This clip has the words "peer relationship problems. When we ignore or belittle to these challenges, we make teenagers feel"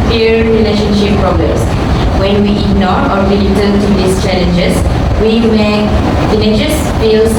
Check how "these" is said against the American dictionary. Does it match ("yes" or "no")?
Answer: no